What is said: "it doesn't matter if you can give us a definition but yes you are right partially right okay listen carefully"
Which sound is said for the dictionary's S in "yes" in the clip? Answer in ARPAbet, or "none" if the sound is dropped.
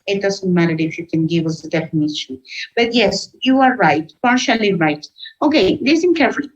S